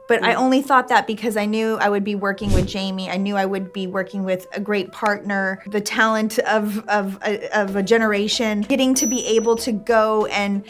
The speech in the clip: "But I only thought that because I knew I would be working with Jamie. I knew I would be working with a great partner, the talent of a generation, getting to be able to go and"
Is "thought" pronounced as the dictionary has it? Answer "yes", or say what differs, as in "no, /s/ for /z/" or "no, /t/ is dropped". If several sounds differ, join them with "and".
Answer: yes